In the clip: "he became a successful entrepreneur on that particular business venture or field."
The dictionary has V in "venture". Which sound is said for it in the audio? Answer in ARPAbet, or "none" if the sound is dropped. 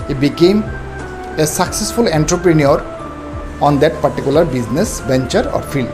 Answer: B